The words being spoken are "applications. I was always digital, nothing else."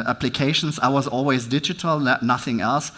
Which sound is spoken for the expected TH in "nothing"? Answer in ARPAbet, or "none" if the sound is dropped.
TH